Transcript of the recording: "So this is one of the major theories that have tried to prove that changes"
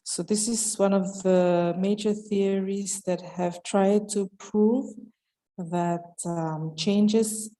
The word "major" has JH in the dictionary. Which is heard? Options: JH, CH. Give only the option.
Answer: JH